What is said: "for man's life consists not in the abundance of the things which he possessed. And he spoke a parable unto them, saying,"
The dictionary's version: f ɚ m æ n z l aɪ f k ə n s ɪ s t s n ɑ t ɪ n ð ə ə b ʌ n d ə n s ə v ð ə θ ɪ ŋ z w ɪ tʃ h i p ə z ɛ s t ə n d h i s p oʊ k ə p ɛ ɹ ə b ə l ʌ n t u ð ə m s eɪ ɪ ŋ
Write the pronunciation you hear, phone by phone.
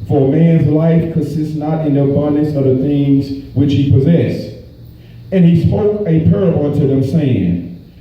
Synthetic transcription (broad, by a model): f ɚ m æ n z l aɪ f k ə n s ɪ s t s n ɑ t ɪ n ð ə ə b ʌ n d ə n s ə v ð ə θ ɪ ŋ z w ɪ tʃ h i p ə z ɛ s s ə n i s p oʊ k ə p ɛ ɹ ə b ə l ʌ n t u ð ə m s eɪ ɪ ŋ